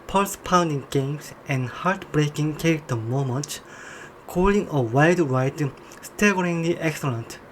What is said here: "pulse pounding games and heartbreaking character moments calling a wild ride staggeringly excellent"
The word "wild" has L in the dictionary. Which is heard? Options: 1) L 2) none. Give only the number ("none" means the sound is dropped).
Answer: 2